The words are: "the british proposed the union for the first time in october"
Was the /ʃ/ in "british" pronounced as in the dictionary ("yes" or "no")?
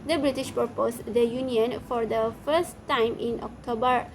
yes